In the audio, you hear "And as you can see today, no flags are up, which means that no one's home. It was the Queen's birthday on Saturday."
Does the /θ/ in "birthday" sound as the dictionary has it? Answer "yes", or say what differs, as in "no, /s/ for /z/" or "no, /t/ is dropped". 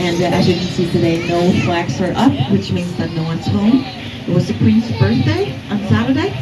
yes